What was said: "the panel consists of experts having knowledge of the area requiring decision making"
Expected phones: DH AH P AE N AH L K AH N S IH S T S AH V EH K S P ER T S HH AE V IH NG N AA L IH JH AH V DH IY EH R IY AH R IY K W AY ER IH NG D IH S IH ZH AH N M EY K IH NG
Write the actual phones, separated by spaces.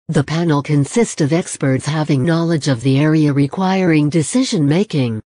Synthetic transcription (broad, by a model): DH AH P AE N L K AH N S IH S T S AH V EH K S P ER T S HH AE V IH NG N AA L IH JH AH V DH IY EH R IY AH R IY K W AY ER IH NG D IH S IH ZH AH N M EY K IH NG